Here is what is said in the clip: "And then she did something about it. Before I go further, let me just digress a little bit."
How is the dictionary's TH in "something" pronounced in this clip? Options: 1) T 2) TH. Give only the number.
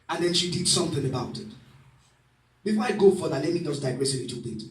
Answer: 2